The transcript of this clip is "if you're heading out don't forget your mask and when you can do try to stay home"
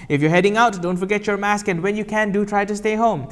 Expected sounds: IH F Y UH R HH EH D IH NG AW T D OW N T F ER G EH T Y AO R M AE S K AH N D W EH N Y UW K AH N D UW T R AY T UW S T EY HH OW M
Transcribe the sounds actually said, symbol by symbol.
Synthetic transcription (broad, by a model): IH F Y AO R HH EH D IH NG AW T D OW N T F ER G EH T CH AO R M AE S K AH N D W EH N Y UW K AH N D UW T R AY T UW S T EY HH OW M